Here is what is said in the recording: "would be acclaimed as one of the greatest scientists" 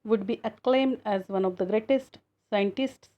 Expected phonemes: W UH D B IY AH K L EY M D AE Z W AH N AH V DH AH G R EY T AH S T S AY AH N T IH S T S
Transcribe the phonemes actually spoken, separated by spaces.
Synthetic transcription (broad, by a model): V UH D B IY AH K L EY M D AE Z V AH N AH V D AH G R EY T AH S T S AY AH N T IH S T S